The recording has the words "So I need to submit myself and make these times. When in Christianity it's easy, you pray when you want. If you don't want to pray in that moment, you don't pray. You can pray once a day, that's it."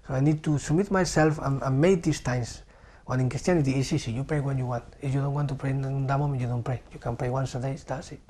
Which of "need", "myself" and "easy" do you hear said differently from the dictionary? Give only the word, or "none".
easy